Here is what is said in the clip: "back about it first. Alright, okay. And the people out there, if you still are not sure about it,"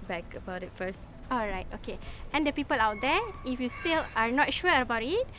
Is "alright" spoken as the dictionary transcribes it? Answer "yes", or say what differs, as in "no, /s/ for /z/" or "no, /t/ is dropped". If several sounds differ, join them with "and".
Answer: yes